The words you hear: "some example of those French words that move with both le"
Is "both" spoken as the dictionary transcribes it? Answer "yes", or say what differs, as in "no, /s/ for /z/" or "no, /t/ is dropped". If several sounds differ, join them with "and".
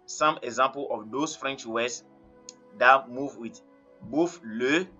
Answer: no, /f/ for /θ/